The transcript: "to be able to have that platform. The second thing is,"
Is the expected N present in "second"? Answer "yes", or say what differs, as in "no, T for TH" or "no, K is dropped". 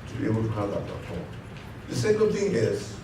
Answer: no, L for N